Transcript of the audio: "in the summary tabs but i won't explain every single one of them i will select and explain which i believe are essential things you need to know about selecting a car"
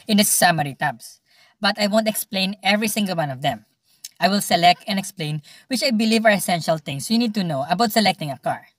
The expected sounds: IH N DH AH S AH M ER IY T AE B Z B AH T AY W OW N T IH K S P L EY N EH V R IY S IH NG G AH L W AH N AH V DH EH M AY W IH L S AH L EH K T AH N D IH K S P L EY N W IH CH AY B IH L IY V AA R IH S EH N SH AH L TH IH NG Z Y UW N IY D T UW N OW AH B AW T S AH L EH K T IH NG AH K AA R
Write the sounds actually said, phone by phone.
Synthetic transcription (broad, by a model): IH N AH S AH M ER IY T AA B S B AH T AY W OW N T IH K S P L EY N EH V R IY S IH NG G AH L W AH N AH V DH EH M AY W IH L S AH L EH K T AH N D IH K S P L EY N W IH CH AY B IH L IY V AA R IH S EH N SH AH L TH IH NG S Y UW N IY D T UW N OW AH B AW T S AH L EH K T IH NG AH K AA R